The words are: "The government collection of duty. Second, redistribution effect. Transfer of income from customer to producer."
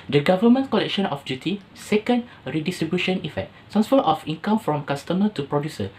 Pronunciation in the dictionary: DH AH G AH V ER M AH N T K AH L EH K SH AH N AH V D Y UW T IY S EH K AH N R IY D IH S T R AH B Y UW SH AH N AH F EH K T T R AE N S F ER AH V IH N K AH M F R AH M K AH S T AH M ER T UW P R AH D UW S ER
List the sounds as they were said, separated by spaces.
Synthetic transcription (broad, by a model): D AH G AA V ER M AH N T K AH L EH K SH AH N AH F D Y UW T IY S EH K AH N R IY D IH S T R AH B Y UW SH AH N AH F EH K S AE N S F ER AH F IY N K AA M F R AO M K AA S T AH M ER T UW P R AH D UW S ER